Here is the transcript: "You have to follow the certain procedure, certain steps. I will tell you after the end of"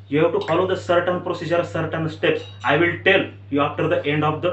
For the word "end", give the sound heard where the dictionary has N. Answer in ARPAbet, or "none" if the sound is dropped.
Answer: N